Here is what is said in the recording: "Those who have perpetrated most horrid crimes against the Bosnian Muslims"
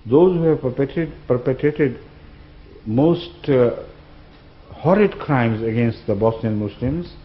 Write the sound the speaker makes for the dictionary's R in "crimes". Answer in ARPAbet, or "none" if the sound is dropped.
R